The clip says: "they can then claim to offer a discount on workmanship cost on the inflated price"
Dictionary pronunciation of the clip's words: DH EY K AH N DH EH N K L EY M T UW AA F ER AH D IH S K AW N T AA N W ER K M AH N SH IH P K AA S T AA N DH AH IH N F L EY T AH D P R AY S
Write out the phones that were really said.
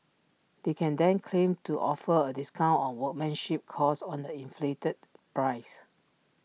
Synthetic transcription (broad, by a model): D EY K AH N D EH N K L EY M T UW AA F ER AH D IH S K AW N T AA N W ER K M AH N SH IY P K AA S AA N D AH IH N F L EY T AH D P R AY S